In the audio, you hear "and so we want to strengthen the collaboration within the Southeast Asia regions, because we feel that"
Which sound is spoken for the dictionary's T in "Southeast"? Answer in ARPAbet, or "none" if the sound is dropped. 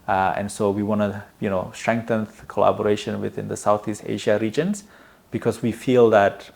T